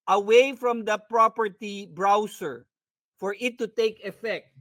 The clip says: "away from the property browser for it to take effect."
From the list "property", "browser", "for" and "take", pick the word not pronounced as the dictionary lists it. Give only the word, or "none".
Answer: browser